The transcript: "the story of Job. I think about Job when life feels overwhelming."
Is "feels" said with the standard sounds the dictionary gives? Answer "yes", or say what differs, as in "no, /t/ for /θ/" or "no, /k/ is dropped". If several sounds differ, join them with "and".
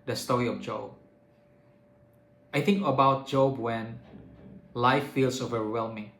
no, /s/ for /z/